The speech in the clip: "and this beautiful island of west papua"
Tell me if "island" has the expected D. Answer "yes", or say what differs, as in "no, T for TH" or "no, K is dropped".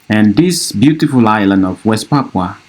yes